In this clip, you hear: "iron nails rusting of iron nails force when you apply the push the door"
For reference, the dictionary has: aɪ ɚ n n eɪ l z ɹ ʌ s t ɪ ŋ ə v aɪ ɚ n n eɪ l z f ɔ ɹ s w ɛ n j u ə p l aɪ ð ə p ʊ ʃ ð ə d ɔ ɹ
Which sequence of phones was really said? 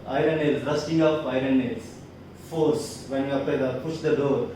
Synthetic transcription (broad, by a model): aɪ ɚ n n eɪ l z ɹ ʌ s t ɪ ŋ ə p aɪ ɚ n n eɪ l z f ɔ ɹ s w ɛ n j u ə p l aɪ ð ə p ʊ ʃ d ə d ɔ ɹ